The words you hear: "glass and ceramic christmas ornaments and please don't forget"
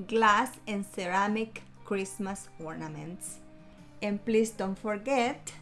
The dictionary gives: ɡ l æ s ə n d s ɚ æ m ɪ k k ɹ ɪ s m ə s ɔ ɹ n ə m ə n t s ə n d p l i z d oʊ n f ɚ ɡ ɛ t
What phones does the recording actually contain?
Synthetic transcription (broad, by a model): ɡ l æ s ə n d s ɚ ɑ m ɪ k k ɹ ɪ s m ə s ɔ ɹ n ə m ə n t s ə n p l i s d oʊ n f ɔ ɡ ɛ t